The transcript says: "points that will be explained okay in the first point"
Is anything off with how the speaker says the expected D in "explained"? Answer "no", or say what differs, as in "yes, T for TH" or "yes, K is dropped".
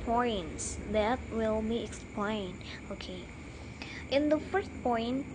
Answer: yes, D is dropped